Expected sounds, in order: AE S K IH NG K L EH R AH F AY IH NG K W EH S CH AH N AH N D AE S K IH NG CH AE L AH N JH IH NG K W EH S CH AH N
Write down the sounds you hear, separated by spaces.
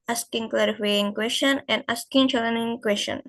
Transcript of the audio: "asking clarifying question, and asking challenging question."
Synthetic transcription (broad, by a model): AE S K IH NG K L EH R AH F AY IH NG K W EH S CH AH N AH N D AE S K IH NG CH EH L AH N IH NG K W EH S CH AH N